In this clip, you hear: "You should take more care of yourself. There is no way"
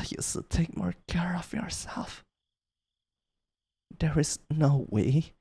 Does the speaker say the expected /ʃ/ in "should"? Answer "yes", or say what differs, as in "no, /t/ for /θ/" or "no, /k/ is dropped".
no, /s/ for /ʃ/